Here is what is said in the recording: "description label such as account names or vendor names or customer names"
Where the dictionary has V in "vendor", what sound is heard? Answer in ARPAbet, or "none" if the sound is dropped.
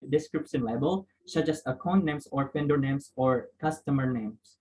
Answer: P